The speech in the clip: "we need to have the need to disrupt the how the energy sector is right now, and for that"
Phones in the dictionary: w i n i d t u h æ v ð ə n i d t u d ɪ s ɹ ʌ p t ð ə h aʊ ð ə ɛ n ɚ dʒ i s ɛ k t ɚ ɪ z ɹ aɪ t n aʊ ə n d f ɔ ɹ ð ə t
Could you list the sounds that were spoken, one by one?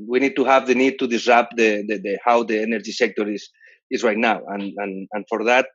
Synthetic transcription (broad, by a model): w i n i d t u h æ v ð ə n i d t u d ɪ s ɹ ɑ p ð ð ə h aʊ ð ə ɛ n ɚ dʒ i s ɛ k t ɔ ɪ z ɹ aɪ t n aʊ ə n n f ɔ ɹ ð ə t